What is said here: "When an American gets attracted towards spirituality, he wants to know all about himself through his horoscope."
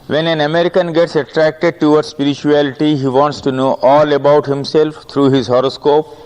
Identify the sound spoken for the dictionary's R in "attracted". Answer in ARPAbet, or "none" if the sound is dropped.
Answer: R